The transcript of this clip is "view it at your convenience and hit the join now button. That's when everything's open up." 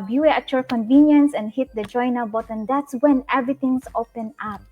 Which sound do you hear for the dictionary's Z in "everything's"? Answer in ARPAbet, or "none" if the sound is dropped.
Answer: S